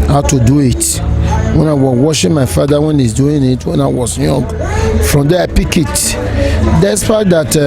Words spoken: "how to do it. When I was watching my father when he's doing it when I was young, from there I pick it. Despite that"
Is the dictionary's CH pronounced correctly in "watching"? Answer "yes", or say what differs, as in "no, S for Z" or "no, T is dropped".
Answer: no, SH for CH